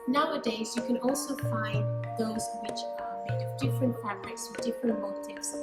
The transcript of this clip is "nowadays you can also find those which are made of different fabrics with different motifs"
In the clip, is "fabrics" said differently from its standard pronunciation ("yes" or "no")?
yes